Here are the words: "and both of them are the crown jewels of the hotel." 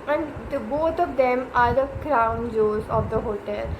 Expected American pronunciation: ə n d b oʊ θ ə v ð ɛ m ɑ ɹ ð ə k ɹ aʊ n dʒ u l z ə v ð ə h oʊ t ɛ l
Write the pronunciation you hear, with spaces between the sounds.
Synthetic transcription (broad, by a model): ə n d b oʊ t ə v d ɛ m ɑ ɹ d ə k ɹ aʊ n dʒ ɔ z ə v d ə h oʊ t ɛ l